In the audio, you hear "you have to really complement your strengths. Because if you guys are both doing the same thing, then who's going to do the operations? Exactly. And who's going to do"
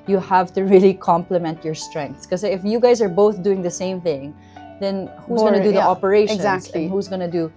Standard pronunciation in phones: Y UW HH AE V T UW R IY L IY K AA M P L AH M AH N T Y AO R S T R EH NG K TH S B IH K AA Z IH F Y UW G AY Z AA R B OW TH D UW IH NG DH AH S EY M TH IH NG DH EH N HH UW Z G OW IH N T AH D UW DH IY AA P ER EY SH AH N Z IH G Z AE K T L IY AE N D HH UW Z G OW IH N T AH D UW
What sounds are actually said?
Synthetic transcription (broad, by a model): Y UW HH AE V T UW R IY L IY K AA M P L AH M AH N T Y AO R S T R EH NG K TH S K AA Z IH F Y UW G AY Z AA R B OW TH D UW IH NG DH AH S EY M TH IH NG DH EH N HH UW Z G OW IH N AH D UW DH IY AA P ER EY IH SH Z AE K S HH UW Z G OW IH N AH D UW